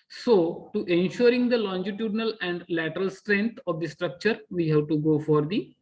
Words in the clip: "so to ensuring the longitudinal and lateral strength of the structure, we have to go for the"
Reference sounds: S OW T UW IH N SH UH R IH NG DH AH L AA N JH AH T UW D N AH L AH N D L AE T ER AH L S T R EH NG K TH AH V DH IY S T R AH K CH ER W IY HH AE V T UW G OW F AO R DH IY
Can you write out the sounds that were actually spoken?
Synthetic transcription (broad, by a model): S OW T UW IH N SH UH R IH NG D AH L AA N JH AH T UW D N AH L AH N D L AE T ER AH L S T R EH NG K T AH V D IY S T R AH K CH ER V IY HH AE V T UW G OW F AO R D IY